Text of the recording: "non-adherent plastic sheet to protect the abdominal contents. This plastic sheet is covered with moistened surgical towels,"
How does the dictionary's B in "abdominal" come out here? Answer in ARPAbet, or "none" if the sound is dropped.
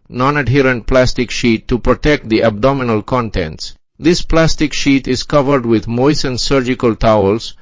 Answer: B